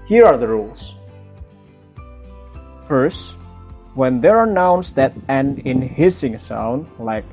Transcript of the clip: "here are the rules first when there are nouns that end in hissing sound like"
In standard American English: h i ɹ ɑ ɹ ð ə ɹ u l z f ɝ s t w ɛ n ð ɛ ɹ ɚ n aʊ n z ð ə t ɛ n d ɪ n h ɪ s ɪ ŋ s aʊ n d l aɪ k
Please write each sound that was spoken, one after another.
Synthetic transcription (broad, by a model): h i ɹ ɑ ɹ ð ə ɹ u l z f ɝ s t w ɛ n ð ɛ ɹ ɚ n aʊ n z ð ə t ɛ n ɪ n h ɪ s ɪ ŋ s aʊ n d l aɪ k